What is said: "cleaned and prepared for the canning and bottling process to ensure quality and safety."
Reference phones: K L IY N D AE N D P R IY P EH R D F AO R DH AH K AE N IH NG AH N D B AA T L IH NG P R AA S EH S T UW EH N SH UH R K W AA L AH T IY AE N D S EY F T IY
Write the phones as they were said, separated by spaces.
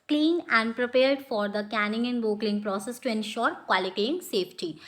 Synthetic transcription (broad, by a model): K L IY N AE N D P R IY P EH R D F AO R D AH K AE N IH NG AH N D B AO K L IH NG P R AA S EH S T UW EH N SH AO R K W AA L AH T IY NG S EY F T IY